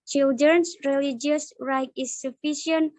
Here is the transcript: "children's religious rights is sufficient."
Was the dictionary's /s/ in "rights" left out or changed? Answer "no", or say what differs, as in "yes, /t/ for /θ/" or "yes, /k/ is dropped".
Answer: yes, /s/ is dropped